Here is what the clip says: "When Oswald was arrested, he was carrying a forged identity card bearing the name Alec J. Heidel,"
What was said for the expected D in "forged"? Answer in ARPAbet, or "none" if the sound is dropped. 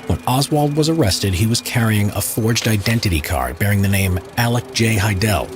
D